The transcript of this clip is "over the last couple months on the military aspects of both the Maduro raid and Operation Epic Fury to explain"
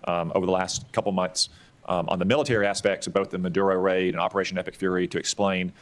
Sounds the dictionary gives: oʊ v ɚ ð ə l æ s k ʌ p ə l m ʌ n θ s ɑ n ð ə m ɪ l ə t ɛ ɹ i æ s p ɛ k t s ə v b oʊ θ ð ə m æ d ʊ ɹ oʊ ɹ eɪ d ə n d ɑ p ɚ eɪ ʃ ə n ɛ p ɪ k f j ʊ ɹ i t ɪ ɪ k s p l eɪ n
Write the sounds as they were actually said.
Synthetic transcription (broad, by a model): oʊ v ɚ ð ə l æ s k ʌ p l m ʌ n θ s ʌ n ð ə m ɪ l ə t ɛ ɹ i æ s p ɛ k t s ə v b oʊ θ ð ə m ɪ d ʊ ɹ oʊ ɹ eɪ d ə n ɑ p ɚ eɪ ʃ ə n ɛ p ɪ k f j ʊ ɹ i t ɪ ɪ k s p l eɪ n